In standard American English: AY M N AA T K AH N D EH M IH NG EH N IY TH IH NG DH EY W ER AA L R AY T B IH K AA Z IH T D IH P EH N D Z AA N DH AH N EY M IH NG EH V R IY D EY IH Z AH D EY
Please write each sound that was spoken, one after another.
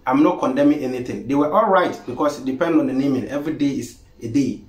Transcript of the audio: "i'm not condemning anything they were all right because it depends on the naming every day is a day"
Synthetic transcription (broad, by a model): AY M N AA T K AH N D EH M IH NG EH N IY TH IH NG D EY W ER AA L R AY T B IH K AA S IH T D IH P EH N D AA N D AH N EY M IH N EH V R IY D EY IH S AH D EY